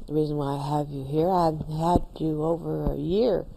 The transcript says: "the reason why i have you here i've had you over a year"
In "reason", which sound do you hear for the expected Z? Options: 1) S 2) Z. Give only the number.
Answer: 2